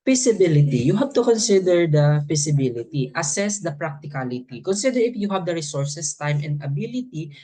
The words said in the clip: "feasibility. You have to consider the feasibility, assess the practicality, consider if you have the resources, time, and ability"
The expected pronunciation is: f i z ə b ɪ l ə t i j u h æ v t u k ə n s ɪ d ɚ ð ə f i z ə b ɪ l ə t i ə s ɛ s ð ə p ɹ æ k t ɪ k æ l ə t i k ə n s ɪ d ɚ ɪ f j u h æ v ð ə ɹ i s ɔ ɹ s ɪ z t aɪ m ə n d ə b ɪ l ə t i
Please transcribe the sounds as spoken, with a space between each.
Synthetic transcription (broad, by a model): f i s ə b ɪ l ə t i j u h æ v t u k ə n s ɪ d ɚ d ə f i s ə b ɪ l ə t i ə s ɛ s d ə p ɹ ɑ k t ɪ k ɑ l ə t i k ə n s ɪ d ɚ ɪ f j u h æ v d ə ɹ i s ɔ ɹ s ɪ s t aɪ m ə n d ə b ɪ l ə t i